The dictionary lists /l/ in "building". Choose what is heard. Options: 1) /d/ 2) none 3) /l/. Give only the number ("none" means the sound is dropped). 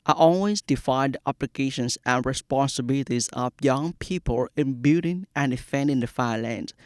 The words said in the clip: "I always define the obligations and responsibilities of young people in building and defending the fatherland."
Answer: 2